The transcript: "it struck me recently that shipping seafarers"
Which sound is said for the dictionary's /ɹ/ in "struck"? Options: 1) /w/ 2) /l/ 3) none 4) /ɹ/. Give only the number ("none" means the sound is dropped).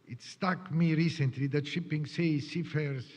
3